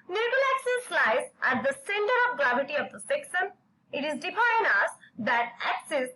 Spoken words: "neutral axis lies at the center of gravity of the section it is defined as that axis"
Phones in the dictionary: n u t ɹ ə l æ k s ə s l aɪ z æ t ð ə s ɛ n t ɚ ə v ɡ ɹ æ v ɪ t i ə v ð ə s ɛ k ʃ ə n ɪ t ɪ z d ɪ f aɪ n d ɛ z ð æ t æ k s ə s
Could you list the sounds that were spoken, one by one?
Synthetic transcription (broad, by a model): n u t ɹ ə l æ k s ə s l aɪ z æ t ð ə s ɛ n t ɚ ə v ɡ ɹ æ v ɪ t i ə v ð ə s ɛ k s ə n ɪ t ɪ z d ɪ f aɪ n ʌ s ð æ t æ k s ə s